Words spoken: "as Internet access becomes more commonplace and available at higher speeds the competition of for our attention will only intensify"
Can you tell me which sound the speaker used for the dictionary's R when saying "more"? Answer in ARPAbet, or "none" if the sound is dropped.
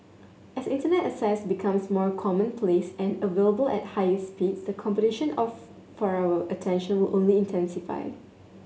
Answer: R